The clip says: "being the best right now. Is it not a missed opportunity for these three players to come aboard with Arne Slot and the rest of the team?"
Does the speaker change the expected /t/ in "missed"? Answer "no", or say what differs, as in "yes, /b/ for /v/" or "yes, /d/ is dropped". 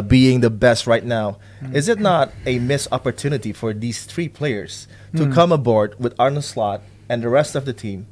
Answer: yes, /t/ is dropped